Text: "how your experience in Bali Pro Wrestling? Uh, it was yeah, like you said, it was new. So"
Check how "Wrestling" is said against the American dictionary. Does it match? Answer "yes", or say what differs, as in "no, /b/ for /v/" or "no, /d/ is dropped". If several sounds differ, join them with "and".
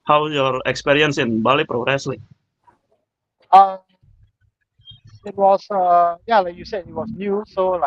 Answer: yes